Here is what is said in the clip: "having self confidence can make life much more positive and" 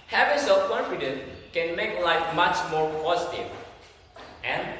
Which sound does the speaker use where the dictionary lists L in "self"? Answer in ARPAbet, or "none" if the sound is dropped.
none